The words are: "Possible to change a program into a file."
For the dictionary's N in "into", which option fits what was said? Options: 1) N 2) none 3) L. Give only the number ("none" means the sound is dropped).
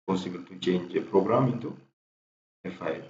2